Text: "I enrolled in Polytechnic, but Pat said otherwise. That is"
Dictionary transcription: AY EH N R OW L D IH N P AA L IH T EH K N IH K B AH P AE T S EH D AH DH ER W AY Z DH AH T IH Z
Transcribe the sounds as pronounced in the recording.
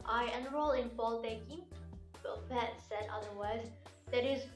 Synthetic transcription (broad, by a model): AY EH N R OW L IH N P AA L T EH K IH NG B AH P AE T S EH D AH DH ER W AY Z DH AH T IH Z